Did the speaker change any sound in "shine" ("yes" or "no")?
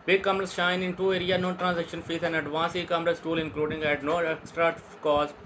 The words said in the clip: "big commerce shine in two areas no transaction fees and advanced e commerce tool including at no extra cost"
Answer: no